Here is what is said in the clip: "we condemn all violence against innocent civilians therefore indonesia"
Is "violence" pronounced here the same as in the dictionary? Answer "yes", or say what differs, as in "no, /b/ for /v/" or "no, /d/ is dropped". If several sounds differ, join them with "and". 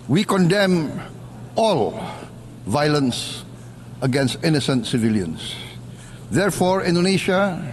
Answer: yes